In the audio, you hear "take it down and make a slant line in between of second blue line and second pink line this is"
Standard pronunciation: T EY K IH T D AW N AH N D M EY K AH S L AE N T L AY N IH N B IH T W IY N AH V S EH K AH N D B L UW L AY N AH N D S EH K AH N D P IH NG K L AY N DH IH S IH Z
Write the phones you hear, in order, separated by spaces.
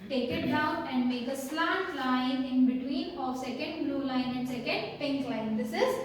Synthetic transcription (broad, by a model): T EY K IH T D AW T AH N D M EY K AH S L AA T L AY N IH N B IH T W IY N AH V S EH K AH N D B L UW L AY N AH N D S EH K AH N D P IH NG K L AY N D IH S IH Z